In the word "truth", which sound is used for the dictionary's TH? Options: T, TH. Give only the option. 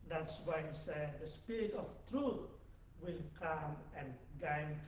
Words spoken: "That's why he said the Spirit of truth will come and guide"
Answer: T